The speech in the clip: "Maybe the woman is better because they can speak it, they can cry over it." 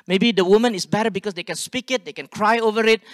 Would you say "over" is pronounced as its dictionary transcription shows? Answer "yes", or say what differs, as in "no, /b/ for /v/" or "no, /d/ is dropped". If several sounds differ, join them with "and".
yes